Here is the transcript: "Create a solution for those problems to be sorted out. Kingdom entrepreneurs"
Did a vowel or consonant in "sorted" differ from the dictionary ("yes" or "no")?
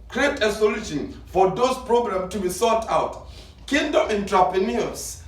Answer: yes